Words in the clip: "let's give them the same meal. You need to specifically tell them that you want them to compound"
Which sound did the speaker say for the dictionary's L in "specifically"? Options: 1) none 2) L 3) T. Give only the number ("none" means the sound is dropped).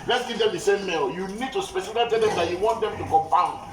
1